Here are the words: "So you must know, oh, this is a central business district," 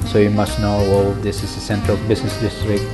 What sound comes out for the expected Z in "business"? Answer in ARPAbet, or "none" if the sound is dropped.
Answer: S